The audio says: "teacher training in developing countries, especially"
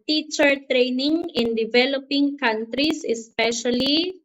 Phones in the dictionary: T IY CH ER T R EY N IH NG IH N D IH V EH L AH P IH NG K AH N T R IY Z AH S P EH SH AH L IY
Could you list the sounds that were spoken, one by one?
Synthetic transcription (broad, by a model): T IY CH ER T R EY N IH NG IH N D IH V EH L AH P IH NG K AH N T R IY S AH S P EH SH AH L IY